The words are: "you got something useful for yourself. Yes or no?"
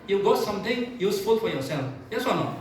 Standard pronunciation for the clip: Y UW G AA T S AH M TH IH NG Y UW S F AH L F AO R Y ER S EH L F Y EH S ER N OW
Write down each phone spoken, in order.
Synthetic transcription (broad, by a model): Y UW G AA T S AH M T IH NG Y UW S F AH L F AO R Y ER S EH L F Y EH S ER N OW